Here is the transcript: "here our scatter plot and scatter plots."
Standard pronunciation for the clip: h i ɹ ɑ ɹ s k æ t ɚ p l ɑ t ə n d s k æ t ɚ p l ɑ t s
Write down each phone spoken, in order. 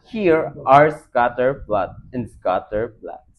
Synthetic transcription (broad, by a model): h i ɹ ɑ ɹ s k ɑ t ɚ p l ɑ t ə n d s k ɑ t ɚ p l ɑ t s